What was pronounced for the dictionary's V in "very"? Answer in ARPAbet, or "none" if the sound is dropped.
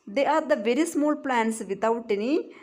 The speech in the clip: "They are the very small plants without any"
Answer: V